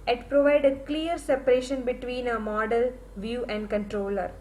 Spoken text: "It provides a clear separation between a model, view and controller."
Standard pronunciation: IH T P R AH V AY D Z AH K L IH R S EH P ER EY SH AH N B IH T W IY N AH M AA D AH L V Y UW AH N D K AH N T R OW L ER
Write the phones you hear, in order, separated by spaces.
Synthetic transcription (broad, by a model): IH T P R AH V AY D AH K L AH R S EH P ER EY SH AH N B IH T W IY N AH M AA D AH L V Y UW AH N D K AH N T R OW L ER